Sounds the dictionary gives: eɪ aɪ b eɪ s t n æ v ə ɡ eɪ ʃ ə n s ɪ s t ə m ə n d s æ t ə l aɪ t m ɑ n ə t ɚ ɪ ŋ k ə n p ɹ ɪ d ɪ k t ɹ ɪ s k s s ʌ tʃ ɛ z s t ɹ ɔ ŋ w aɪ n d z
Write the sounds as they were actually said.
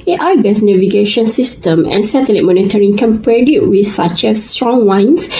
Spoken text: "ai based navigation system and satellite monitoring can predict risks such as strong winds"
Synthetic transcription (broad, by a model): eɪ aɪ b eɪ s n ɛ v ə ɡ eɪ ʃ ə n s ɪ s t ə m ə n s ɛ t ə l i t m ɑ n ə t ɚ ɪ ŋ k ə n p ɹ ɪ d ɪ t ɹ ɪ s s s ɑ tʃ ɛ s t ɹ ɔ ŋ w aɪ n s